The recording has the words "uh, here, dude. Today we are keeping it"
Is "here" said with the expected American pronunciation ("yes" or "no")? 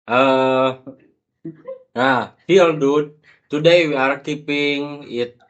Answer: no